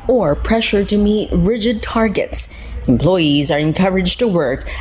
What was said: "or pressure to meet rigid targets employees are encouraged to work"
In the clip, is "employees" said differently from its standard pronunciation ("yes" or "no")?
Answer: no